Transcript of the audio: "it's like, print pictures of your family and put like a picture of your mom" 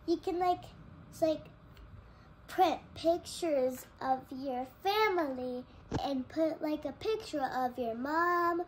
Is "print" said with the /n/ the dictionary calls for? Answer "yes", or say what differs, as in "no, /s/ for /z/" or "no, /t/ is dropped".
no, /n/ is dropped